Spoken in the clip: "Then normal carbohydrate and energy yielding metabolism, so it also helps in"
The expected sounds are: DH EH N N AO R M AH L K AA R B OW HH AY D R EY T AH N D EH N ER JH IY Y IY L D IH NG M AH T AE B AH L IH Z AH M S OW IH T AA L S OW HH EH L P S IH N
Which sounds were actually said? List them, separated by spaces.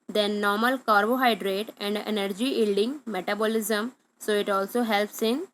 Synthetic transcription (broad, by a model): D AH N N AO R M AH L K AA R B OW HH AY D R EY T AH N D EH N ER JH IY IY L D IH NG M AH T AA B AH L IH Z AH M S OW IH T AA L S OW HH EH L P S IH N